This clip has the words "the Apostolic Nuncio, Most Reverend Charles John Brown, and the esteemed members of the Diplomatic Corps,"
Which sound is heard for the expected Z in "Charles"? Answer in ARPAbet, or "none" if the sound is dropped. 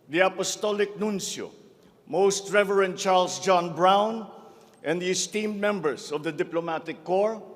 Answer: S